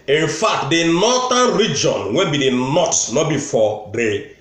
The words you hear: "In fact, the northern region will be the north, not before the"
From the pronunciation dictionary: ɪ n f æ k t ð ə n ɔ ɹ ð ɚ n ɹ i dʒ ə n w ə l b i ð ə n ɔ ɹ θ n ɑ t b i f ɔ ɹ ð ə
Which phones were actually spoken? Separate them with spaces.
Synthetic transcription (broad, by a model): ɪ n f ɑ k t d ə n ɔ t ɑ n ɹ i dʒ ə n w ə n b i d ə n ɔ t n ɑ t b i f ɔ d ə